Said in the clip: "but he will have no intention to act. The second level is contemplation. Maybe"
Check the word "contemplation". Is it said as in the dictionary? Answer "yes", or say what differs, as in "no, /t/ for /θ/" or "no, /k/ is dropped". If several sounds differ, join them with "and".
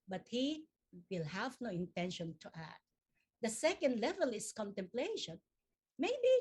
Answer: yes